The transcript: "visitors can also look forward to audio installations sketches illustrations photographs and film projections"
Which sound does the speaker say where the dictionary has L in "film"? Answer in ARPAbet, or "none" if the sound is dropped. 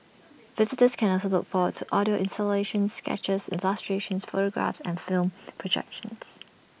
L